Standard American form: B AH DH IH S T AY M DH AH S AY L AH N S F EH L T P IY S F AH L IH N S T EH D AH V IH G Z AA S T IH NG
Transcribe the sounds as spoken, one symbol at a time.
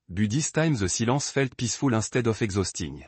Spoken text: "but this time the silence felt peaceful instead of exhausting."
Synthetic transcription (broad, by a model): B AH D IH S T AY M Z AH S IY L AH S F EH L T P IY S F AH L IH S T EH D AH F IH G Z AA S T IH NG